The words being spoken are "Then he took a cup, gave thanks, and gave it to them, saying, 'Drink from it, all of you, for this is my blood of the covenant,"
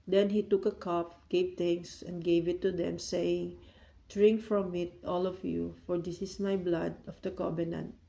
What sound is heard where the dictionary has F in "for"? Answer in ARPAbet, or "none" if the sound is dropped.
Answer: F